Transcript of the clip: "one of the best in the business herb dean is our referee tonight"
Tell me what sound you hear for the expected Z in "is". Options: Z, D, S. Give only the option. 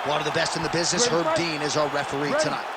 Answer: Z